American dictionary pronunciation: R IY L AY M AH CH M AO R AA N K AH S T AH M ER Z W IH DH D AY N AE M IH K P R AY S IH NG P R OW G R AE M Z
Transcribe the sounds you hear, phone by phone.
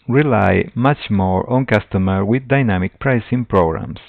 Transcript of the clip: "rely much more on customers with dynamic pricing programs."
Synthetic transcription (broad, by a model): R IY L AY M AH CH M AO R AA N K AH S T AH M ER W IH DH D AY N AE M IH K P R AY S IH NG P R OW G R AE M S